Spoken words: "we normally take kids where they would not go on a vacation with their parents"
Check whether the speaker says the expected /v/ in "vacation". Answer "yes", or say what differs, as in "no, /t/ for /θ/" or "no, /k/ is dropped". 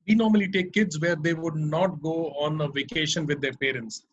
yes